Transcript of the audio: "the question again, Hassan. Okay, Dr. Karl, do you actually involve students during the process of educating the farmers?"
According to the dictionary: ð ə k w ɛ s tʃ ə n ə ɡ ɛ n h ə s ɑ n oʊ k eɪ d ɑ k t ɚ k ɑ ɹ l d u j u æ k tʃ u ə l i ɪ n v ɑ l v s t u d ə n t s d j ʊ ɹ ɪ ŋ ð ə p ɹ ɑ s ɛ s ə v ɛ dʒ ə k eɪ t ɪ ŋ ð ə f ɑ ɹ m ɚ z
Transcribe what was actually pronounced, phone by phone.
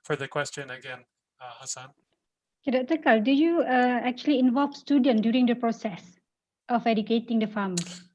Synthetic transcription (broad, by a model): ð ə k w ɛ s tʃ ə n ə ɡ ɛ n h ə s ɑ n oʊ k eɪ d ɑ t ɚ k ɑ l d u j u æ k tʃ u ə l i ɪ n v ɑ l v s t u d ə n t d j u ɹ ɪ ŋ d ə p ɹ ɑ s ɛ s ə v ɛ dʒ ə k eɪ t ɪ ŋ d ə f ɑ m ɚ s